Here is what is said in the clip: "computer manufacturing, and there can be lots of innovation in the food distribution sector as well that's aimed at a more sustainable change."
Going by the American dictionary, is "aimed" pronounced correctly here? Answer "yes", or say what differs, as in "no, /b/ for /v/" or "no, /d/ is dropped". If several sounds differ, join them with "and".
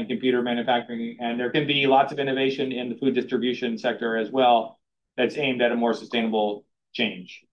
yes